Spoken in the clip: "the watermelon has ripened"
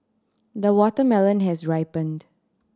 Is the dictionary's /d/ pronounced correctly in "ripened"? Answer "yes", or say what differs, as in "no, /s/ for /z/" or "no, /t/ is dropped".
yes